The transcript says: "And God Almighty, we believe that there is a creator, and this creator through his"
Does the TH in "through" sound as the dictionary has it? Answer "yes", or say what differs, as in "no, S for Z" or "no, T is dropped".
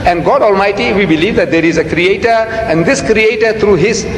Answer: no, T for TH